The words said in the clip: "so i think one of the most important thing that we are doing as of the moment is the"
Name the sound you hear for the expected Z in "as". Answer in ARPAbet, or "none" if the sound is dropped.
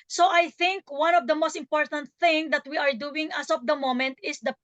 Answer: S